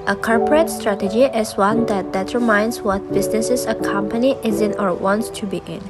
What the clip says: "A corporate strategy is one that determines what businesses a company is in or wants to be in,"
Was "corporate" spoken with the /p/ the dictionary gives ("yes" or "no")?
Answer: yes